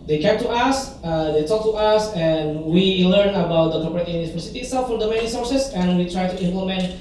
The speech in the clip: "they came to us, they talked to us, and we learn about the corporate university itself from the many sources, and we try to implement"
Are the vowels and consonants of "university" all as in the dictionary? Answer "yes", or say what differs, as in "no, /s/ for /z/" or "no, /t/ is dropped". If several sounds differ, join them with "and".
no, /p/ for /v/